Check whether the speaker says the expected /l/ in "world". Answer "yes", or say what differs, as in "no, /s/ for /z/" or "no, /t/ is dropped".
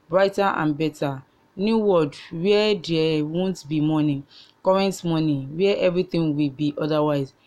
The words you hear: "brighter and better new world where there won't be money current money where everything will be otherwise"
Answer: no, /l/ is dropped